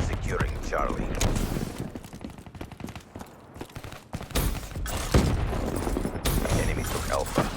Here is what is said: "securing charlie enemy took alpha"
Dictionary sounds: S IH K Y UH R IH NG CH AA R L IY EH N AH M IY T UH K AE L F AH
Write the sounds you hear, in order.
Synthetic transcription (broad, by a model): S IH K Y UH R IH NG CH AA R L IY EH N AH M IY T UH K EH L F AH